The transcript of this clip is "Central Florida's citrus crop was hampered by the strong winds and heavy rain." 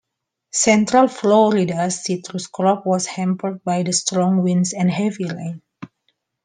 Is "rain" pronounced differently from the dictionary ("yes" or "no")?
yes